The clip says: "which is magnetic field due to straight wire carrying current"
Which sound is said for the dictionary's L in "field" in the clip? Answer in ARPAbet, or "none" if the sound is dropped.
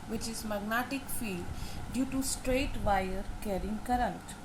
none